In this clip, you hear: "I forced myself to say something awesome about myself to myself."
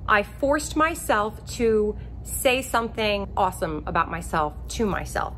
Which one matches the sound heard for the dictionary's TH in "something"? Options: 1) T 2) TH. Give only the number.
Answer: 2